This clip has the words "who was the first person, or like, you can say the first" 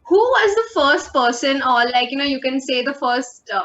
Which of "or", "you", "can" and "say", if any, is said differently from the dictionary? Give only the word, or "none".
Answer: or